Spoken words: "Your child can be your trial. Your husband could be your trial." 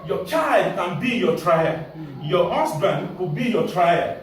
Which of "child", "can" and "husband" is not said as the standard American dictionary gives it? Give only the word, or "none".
husband